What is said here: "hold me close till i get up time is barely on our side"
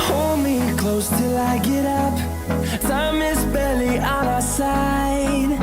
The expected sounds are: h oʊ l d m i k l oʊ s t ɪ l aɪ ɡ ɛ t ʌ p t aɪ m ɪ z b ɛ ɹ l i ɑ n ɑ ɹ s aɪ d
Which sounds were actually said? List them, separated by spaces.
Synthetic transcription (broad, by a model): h oʊ l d m i k l oʊ s t ɪ l aɪ ɡ ɛ t ʌ p s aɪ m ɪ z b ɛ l i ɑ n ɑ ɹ s aɪ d